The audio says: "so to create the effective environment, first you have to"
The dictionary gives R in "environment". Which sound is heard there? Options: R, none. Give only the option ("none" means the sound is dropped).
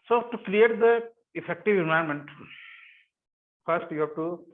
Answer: none